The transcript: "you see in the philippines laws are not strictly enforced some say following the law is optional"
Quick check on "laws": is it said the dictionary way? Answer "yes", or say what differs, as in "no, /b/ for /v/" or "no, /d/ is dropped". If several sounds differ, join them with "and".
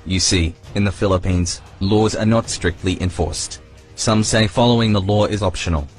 yes